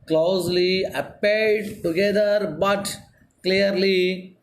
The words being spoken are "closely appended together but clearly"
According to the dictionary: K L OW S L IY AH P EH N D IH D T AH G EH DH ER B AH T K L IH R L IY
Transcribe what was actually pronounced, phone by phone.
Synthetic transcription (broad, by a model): K L OW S L IY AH P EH D D T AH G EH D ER B AH T K L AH R L IY